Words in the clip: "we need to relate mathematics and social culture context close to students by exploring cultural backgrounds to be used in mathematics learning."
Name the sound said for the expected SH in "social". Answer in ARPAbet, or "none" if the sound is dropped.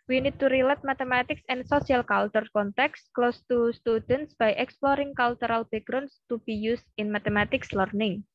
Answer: S